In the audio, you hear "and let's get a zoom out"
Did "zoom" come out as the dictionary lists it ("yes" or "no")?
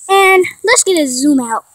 yes